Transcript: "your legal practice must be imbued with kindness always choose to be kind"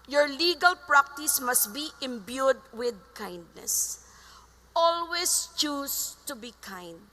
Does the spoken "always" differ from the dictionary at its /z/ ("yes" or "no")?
yes